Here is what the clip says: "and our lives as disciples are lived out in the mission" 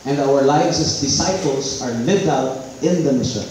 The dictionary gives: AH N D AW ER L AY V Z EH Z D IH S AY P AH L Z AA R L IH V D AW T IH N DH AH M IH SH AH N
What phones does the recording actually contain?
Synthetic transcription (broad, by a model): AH N D AW ER L AY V S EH S D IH S AY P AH L S AA R L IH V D AW T IH N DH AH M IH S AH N